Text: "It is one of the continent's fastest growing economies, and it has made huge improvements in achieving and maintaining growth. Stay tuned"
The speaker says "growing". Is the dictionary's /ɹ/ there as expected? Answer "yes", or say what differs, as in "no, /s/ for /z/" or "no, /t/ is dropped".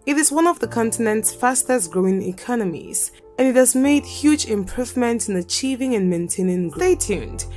yes